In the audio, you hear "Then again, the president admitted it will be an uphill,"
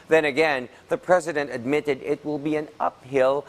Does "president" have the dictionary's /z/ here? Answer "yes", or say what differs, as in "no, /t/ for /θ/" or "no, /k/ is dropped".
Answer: yes